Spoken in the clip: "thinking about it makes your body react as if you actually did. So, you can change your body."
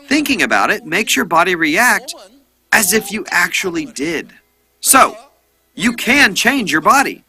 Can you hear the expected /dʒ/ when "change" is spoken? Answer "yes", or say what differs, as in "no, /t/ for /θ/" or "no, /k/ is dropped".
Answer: yes